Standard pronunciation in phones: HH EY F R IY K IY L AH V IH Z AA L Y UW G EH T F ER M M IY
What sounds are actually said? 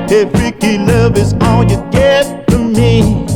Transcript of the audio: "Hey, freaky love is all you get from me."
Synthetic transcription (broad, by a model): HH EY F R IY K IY L AH V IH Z AA L Y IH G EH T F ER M M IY